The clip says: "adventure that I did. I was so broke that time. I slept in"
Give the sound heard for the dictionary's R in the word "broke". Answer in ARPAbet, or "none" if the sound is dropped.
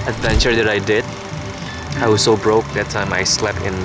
R